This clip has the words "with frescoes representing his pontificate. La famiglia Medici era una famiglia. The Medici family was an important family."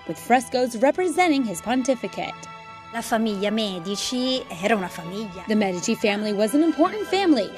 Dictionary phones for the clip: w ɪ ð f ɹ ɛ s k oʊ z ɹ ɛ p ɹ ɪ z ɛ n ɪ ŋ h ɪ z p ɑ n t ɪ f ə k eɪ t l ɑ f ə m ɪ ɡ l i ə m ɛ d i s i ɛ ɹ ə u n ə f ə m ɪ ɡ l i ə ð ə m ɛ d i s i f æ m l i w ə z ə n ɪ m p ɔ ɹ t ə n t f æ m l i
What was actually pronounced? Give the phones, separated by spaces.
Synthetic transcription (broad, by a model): w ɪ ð f ɹ ɛ s k oʊ z ɹ ɛ p ɹ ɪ z ɛ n ɪ ŋ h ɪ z p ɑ n t ɪ f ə k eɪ t l ɑ f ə m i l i m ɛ d i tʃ i ɛ ɹ ə u n ə f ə m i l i ð ə m ɛ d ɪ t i f æ m l i w ə z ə n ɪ m p ɔ ɹ t n t f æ m l i